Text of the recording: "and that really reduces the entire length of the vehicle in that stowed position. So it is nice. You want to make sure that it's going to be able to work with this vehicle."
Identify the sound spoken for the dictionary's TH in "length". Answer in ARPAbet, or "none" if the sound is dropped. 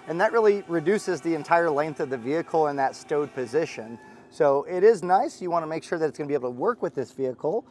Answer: TH